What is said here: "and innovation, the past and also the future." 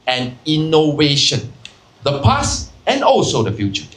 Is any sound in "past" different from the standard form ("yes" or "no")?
yes